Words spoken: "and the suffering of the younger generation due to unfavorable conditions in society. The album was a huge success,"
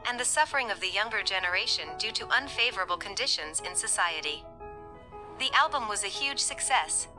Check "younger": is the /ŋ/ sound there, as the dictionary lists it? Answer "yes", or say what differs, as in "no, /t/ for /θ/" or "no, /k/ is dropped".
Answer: yes